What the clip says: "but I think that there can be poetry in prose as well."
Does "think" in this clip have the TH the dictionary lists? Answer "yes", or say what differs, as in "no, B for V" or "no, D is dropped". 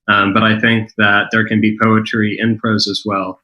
yes